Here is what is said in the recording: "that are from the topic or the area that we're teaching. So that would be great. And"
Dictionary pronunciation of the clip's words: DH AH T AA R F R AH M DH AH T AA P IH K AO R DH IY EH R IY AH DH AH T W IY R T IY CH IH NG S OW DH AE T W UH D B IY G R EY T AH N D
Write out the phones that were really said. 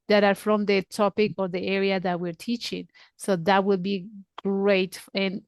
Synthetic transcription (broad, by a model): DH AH T AA R F R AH M DH AH T AA P IH K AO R DH IY EH R IY AH DH AH T W IY R T IY CH IH NG S OW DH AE T W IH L B IY G R EY T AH N